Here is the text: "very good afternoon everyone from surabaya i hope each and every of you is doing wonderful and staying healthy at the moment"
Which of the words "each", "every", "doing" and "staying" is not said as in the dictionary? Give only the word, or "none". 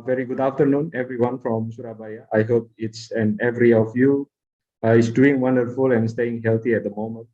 each